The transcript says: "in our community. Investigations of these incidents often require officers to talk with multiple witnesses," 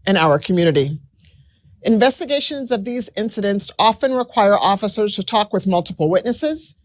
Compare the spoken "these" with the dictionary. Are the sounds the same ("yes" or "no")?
yes